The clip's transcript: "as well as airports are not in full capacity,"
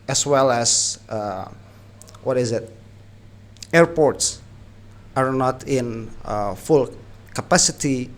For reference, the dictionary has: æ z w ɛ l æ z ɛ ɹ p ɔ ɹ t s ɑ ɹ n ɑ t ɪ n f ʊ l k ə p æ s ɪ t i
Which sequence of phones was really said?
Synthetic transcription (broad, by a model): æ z w ɛ l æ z ɛ ɹ p ɔ ɹ t s ɑ ɹ n ɑ t ɪ n f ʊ l k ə p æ s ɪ t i